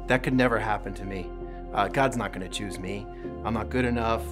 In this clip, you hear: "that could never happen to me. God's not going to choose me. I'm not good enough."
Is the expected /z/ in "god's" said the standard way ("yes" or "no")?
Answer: yes